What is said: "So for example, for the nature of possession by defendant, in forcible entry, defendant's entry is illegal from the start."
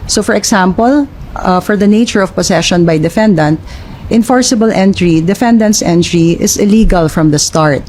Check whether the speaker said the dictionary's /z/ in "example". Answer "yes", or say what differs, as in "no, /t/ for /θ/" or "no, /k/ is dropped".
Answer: no, /s/ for /z/